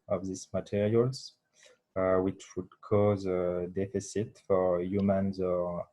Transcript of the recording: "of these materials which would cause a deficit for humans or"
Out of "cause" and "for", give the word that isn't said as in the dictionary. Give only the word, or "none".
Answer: none